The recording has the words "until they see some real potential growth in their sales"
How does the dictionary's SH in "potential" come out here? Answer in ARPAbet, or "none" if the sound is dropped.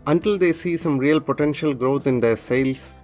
SH